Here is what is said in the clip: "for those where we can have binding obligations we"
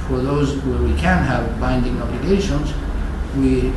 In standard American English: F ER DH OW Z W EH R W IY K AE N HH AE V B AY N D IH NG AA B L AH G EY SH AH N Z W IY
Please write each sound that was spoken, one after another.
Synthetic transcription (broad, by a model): F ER DH OW Z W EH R W IY K AE N HH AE V B AY N D IH NG AA B L AH G EY SH AH N Z W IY